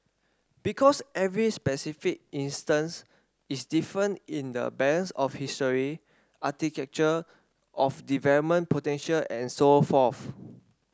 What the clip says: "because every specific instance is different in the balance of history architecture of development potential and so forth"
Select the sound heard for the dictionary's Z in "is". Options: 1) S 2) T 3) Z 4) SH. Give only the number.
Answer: 1